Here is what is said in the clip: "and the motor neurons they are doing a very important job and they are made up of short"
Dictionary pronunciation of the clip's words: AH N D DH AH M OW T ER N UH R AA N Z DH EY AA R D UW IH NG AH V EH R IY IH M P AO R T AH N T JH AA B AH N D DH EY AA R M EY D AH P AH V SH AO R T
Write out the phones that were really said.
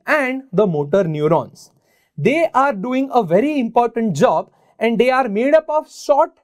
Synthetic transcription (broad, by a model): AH N D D AH M OW T ER N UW R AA N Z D EY AA R D UW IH NG AH V EH R IY IH M P AO R T AH N T JH AA B AH N D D EY AA R M EY D AH P AH V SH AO T